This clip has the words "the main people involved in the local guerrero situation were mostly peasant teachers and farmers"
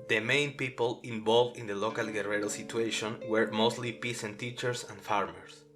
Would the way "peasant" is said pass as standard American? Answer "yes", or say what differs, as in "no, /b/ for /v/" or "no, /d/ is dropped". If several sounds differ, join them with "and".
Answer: no, /s/ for /z/